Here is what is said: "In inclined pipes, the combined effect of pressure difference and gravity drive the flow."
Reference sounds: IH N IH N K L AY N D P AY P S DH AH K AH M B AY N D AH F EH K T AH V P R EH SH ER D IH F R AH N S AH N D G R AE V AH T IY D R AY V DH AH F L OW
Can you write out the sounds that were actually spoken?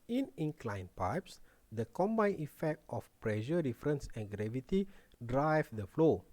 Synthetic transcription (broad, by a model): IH N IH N K L AY N P AY P S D AH K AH M B AY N AH F EH K T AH F P R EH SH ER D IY F R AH N S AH N G R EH V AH T IY D R AY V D AH F L OW